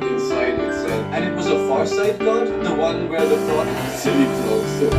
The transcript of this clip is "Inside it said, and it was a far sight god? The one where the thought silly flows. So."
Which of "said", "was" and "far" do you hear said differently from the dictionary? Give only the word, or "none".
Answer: said